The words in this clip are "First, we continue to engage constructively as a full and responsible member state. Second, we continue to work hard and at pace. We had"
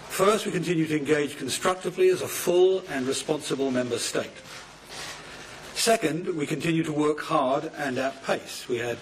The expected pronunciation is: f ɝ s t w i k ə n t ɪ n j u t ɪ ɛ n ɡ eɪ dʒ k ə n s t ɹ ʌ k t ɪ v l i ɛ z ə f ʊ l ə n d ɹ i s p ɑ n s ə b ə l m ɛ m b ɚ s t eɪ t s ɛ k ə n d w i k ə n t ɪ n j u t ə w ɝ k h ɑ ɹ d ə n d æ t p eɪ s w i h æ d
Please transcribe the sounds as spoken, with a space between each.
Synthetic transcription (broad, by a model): f ɝ s t w i k ə n t ɪ n j u t ɪ ɛ n ɡ eɪ dʒ k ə n s t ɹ ʌ k t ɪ v l i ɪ z ə f ʊ l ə n ɹ i s p ɑ n s ə b ə l m ɛ m b ɚ s t eɪ t s ɛ k ə n d w i k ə n t ɪ n j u t ə w ɝ k h ɑ ɹ d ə n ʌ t p eɪ s w i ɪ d